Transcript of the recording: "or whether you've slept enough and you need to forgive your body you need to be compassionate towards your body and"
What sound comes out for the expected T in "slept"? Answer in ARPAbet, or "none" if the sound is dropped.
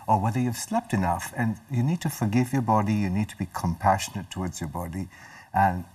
T